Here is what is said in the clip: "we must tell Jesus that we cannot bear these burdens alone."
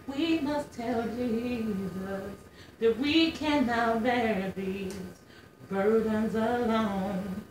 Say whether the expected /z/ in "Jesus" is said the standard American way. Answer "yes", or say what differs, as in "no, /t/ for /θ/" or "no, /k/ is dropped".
yes